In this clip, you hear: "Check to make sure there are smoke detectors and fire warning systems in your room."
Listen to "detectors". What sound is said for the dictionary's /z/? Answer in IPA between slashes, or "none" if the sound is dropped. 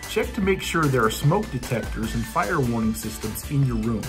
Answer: /z/